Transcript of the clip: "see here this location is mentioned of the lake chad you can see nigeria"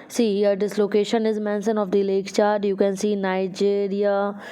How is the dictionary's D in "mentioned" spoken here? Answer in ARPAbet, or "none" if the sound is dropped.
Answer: none